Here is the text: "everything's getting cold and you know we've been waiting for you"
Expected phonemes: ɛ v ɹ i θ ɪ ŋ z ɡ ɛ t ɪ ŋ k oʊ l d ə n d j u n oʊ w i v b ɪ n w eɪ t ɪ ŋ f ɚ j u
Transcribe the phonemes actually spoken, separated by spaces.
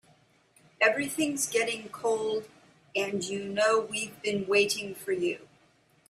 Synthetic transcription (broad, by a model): ɛ v ɹ i θ ɪ ŋ z ɡ ɛ t ɪ ŋ k oʊ l d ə n j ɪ n oʊ w i v b ɪ n w eɪ t ɪ ŋ f ɚ j u